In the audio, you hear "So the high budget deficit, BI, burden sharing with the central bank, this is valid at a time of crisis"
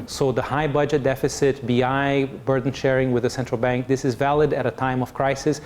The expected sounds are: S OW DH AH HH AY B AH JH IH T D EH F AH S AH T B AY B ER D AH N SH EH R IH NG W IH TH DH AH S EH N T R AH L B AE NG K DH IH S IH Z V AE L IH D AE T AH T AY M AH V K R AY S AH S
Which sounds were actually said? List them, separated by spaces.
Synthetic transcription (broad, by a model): S OW DH AH HH AY B AH JH IH T D EH F AH S AH T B AY B ER D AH N SH EH R IH NG W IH DH AH S EH N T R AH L B AE NG K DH IH S IH Z V AE L IH D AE T AH T AY M AH V K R AY S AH S